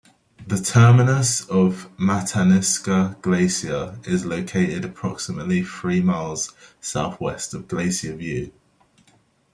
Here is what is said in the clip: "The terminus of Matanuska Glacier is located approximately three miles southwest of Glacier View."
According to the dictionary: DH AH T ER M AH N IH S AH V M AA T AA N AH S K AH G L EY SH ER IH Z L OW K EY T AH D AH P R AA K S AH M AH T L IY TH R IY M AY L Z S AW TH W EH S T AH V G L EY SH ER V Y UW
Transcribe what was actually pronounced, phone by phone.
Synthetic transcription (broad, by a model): DH AH T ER M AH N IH S AH V M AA T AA N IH S K AH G L EY S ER IH Z L OW K EY T AH D AH P R AA K S AH M AH T L IY TH R IY M AY L Z S AW TH W EH S T AH V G L EY S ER V Y UW